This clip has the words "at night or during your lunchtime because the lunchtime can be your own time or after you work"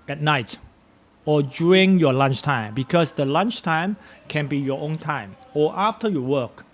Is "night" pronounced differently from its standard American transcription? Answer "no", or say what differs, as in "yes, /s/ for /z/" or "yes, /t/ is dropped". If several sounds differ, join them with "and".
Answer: no